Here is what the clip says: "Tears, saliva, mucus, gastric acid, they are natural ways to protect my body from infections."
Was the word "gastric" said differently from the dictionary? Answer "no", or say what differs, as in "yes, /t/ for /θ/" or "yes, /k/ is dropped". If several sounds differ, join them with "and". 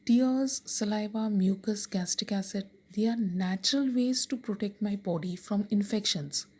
yes, /ɹ/ is dropped